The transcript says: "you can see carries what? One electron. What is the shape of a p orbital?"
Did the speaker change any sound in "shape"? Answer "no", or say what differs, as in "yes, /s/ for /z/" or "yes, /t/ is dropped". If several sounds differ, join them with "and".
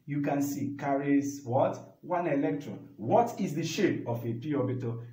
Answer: yes, /p/ is dropped